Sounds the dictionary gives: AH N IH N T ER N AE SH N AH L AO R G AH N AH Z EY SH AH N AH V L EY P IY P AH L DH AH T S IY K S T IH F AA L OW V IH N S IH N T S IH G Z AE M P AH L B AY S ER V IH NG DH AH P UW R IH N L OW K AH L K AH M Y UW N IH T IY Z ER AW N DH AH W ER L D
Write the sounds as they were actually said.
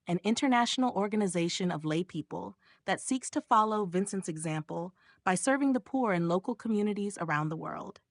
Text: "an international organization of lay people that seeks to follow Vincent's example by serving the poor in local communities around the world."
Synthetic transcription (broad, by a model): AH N IH N T ER N AE SH N L AO R G AH N AH Z EY SH AH N AH V L EY P IY P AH L DH AH T S IY K S T IH F AA L OW V IH N S IH N T S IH G Z AE M P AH L B AY S ER V IH NG DH AH P UW R IH N L OW K L K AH M Y UW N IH T IY Z ER AW N DH AH W ER L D